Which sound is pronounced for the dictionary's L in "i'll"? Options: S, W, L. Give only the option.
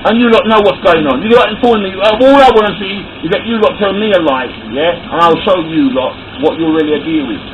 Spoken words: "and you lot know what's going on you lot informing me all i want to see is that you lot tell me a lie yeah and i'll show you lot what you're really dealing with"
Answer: L